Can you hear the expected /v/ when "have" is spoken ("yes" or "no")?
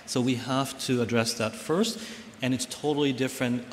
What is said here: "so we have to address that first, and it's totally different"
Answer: no